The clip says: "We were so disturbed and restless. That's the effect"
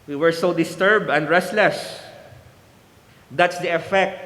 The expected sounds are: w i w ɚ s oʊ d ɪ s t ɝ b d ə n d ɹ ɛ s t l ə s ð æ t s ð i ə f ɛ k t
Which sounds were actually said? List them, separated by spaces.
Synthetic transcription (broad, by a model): w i w ɚ s oʊ d ɪ s t ɝ b d ə n d ɹ ɛ s t l ə s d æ t s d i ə f ɛ k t